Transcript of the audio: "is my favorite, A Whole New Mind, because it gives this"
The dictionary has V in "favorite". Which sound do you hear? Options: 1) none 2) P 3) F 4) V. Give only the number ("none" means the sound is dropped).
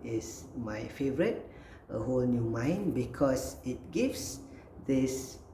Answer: 4